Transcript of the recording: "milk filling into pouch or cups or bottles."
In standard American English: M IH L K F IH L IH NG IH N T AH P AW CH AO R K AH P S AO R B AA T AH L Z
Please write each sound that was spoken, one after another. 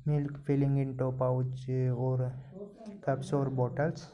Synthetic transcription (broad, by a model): M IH L K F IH L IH NG IH N T AH P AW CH AO R K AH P S AO R B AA T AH L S